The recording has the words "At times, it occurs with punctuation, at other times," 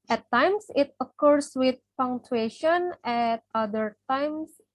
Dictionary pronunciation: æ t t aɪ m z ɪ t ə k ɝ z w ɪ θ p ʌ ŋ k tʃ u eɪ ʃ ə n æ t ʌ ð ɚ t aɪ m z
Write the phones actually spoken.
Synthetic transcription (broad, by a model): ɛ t t aɪ m s ɪ t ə k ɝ s w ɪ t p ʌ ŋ tʃ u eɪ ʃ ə n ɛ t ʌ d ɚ t aɪ m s